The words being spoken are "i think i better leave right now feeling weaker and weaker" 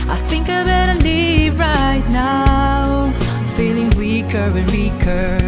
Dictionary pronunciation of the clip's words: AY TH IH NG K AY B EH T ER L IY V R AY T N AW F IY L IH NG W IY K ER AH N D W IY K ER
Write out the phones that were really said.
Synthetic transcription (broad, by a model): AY TH IH NG K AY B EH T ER N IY R AY T N AW F IY L IH NG W IY K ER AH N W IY K ER